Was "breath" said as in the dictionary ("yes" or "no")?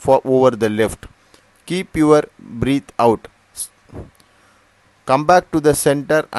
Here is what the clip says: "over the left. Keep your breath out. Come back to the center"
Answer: no